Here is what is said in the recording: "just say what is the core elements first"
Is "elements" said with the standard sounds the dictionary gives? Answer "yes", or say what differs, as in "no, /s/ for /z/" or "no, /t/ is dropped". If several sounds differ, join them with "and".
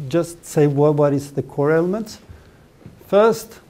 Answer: yes